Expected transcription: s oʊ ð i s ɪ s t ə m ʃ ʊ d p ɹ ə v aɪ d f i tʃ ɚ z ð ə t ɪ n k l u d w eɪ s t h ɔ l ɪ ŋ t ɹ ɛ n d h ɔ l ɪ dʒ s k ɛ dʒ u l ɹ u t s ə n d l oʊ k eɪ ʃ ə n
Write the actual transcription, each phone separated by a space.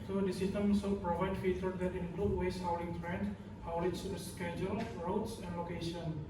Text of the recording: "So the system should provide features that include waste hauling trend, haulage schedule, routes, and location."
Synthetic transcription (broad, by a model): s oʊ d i s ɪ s t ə m s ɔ p ɹ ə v aɪ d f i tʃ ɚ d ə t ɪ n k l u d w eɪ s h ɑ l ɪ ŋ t ɹ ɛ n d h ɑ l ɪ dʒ s k ɛ dʒ u l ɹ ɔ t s ə n d l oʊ k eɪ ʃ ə n